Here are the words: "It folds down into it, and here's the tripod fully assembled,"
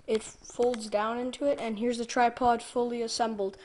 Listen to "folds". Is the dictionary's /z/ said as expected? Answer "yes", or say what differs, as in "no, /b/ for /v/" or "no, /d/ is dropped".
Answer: yes